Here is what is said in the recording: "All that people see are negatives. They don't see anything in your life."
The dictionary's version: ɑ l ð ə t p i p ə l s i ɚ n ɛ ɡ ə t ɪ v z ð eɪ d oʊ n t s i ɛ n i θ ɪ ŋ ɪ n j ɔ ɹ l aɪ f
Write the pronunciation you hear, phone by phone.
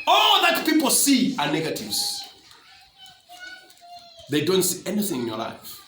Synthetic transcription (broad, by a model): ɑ l ð ə t p i p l s i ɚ n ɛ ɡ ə t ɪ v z ð eɪ d oʊ n t s i ɛ n i θ ɪ ŋ ɪ n j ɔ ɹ l aɪ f